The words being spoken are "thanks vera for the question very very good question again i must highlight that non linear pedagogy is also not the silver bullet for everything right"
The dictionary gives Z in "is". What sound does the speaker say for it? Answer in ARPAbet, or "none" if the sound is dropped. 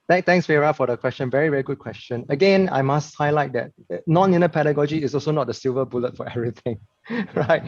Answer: S